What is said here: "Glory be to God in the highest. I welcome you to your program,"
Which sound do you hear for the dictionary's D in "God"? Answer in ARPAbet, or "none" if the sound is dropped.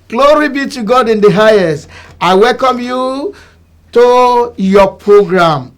D